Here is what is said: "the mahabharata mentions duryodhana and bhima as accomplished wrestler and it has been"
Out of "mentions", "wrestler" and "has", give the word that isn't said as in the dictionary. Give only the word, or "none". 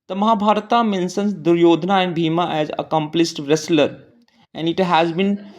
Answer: mentions